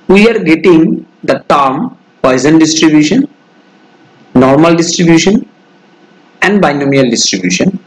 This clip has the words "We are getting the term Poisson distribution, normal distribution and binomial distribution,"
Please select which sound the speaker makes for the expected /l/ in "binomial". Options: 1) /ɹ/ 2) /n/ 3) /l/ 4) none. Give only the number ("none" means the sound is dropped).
3